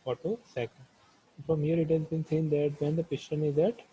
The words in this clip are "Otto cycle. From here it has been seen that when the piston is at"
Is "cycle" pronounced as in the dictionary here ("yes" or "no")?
no